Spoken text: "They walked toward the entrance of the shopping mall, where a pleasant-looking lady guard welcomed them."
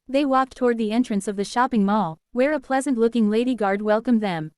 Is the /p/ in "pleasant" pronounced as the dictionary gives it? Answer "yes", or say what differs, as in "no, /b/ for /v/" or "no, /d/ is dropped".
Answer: yes